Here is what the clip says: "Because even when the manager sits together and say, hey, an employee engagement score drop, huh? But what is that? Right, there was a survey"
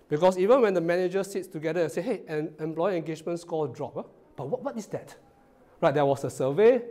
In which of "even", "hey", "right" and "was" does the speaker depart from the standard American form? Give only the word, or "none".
was